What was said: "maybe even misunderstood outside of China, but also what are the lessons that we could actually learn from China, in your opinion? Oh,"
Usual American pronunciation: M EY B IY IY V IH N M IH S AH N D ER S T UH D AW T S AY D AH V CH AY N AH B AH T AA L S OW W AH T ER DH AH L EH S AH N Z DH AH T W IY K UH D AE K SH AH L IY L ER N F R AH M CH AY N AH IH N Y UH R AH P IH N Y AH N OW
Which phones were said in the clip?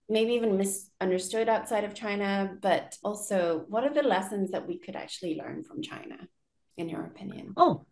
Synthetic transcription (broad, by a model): M EY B IY IY V IH N M IH S AH N D ER S T UH D AW T S AY D AH V CH AY N AH B AH T AA L S OW W AH T ER DH AH L EH S AH N Z DH AH T W IY K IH D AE K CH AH L IY L ER N F R AH M CH AY N AH IH N Y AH R AH P IH N Y AH N OW